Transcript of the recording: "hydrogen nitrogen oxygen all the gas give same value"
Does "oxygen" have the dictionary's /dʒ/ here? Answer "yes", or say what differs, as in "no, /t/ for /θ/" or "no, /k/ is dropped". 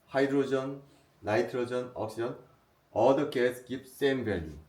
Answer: no, /dʒ/ is dropped